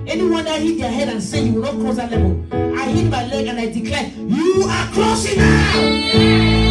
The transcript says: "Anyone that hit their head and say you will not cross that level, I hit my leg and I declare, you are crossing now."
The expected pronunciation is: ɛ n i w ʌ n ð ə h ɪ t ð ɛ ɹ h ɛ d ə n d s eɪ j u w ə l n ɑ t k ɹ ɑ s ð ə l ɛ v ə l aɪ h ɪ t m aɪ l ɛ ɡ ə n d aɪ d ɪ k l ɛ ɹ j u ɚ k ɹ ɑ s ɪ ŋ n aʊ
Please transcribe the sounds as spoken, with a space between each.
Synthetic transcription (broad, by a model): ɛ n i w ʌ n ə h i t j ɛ h ɛ d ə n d s eɪ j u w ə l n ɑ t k ɑ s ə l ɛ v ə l aɪ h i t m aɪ l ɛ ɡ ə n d aɪ d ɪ k l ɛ j u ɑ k ɑ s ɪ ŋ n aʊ